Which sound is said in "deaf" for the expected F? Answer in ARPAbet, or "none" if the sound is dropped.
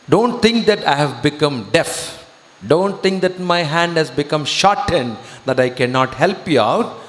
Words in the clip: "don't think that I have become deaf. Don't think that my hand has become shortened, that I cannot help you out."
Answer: F